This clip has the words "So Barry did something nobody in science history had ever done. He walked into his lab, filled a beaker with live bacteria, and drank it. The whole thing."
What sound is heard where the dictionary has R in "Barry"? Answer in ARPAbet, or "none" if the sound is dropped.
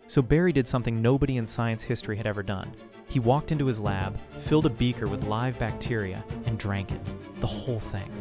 R